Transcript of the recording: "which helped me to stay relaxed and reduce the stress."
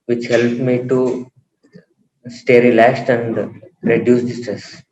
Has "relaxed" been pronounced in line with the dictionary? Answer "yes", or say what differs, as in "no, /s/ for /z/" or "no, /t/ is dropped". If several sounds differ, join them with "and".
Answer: no, /k/ is dropped